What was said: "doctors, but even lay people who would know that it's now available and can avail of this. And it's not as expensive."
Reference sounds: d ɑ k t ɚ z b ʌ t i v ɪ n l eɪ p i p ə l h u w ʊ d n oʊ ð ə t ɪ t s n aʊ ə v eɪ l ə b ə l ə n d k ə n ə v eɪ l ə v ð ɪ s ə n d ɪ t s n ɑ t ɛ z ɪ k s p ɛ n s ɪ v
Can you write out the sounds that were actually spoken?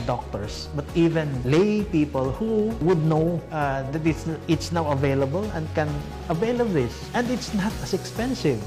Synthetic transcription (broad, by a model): d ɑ k t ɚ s b ʌ t i v ɪ n l eɪ p i p ə l h u w ʊ d n oʊ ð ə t ɪ t s n aʊ ə v eɪ l ə b ə l ə n d k ə n ə v eɪ l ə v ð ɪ s ə n d ɪ t s n ɑ t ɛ s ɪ k s p ɛ n s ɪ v